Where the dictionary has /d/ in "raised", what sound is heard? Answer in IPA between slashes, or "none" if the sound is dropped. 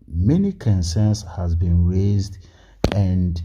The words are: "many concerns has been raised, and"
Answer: /d/